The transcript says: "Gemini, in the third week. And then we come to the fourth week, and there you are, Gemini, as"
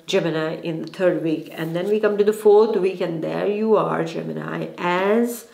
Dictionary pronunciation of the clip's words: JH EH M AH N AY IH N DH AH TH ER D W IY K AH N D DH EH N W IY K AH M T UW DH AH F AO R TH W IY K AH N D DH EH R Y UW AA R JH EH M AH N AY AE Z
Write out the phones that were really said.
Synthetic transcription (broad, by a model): JH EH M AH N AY IH N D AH T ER D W IY K AH N D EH N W IY K AH M T UW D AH F AO R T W IY K AH N D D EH R Y UW AA R JH EH M AH N AY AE Z